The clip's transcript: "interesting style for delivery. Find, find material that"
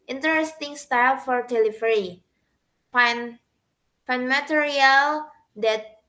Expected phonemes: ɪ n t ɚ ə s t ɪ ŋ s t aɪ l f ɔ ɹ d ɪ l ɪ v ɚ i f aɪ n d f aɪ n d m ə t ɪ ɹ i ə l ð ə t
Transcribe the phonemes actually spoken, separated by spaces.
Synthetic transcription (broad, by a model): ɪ n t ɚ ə s t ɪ ŋ s t aɪ l f ɔ ɹ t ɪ l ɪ f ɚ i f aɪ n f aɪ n m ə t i ɹ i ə l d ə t